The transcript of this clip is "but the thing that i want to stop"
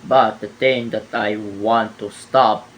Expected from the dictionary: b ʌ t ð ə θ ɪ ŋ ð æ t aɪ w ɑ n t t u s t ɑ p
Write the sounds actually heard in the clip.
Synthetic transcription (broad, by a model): b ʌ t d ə t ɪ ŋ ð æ t aɪ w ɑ n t t u s t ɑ p